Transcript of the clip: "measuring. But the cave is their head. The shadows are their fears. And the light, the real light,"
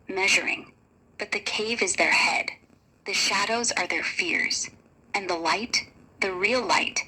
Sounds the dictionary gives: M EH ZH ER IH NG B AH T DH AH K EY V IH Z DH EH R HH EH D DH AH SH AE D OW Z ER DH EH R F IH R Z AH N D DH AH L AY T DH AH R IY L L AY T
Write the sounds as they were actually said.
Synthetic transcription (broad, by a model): M EH ZH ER IH NG B AH T DH AH K EY V IH Z DH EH R HH EH D DH AH SH AE D OW Z ER DH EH R F IH R Z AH N DH AH L AY T DH AH R IY L L AY T